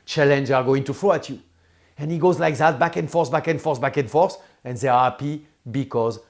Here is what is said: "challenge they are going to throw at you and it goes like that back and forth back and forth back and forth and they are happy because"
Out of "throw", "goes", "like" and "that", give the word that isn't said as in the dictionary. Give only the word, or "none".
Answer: throw